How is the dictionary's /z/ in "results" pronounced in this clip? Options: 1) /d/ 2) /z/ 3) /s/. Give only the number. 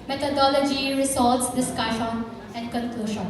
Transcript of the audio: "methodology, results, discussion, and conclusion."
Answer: 3